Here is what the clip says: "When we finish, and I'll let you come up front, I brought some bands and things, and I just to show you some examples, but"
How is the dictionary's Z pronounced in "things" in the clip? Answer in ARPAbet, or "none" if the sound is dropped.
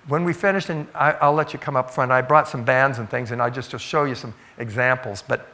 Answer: Z